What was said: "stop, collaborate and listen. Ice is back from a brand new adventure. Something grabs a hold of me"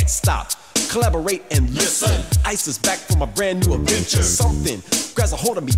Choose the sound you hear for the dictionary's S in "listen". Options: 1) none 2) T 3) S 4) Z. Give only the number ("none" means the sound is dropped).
3